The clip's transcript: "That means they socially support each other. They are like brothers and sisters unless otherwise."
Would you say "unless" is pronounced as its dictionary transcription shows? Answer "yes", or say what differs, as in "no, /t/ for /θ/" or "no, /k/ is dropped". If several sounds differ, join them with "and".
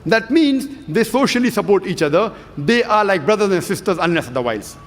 no, /l/ is dropped